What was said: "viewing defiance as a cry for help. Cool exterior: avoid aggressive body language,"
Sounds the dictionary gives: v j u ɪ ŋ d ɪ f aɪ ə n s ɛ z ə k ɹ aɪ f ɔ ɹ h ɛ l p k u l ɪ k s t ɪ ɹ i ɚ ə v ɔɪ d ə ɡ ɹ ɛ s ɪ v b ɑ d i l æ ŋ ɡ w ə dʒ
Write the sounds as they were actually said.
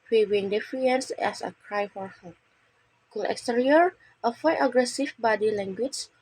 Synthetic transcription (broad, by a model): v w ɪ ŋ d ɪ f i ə n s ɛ s ə k ɹ aɪ f ɔ ɹ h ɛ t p k u l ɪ k s t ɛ ɹ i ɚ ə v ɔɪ ə ɡ ɹ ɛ s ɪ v b ɑ d i l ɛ ŋ ɡ w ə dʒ